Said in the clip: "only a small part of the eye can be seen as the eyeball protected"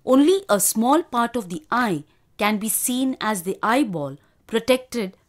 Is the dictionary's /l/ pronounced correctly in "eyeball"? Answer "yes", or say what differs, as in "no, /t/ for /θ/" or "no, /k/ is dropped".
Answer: yes